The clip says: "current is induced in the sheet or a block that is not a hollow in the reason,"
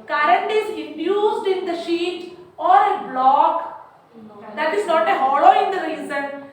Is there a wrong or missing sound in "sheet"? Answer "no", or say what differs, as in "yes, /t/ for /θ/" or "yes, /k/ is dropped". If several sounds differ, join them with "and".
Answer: no